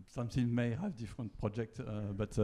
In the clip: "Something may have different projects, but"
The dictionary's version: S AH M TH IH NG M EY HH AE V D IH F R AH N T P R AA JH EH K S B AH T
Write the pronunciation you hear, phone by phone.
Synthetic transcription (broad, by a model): S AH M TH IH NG M EY HH AE V D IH F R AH N T P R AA JH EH K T B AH T